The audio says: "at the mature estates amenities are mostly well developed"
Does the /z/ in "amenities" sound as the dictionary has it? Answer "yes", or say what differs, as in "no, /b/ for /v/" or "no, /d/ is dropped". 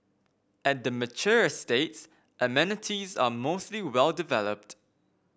yes